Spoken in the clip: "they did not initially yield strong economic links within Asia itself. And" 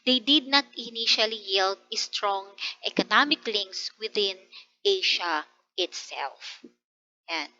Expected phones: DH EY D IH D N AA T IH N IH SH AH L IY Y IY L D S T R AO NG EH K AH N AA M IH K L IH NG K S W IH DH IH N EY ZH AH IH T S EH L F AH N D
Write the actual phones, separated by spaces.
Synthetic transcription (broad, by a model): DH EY D IH D N AA T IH N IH SH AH L IY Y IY L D S T R AO NG EH K AH N AA M IH K L IH NG K S W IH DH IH N EY SH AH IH T S EH L F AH N